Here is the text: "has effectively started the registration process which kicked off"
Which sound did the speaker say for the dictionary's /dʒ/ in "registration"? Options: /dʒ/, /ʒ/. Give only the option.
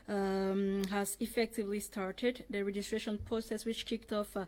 /dʒ/